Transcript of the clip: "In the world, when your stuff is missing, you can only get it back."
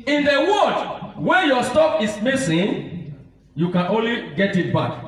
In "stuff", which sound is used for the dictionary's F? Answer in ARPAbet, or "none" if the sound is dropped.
P